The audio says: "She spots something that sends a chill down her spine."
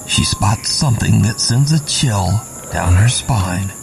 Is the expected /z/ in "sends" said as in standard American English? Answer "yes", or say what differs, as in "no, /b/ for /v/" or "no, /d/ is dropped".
yes